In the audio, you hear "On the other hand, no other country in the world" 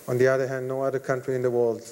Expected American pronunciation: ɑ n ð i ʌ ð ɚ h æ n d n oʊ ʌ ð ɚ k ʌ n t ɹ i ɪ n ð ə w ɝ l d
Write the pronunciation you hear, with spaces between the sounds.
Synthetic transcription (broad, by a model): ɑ n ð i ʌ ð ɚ h æ n d n oʊ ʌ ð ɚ k ʌ n t ɹ i ɪ n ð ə w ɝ l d